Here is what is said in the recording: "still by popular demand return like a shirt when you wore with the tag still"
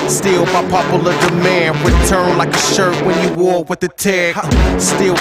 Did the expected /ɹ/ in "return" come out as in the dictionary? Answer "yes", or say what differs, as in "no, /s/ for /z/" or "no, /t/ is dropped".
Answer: no, /w/ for /ɹ/